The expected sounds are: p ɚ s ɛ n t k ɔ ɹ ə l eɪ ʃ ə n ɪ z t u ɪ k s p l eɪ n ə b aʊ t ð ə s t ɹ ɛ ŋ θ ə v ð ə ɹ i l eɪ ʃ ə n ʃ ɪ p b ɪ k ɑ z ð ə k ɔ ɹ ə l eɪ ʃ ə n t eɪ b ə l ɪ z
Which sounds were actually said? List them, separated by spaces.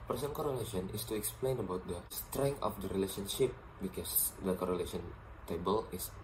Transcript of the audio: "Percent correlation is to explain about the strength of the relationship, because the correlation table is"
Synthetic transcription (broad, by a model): p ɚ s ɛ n k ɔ ɹ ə l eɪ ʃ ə n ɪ s t u ɪ k s p l eɪ n ə b aʊ t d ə s t ɹ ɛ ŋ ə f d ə ɹ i l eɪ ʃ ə n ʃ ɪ p b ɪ k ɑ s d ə k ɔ ɹ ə l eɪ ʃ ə n t eɪ b ə l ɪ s